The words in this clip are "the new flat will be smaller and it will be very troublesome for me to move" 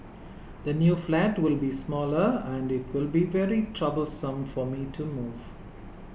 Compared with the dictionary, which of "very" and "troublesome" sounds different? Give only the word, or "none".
none